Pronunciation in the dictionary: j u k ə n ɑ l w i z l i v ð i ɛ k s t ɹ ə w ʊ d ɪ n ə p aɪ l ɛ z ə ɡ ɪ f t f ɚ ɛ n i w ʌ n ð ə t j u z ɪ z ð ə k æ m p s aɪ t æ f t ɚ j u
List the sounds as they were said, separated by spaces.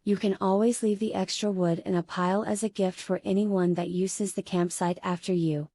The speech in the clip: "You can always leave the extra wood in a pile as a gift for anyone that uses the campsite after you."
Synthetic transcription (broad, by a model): j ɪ k ə n ɑ l w i z l i v ð i ɛ k s t ɹ ə w ʊ d ɪ n ə p aɪ l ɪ z ə ɡ ɪ f t f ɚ ɛ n i w ʌ n ð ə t j u z ɪ z ð ə k æ m p s aɪ t æ f t ɚ j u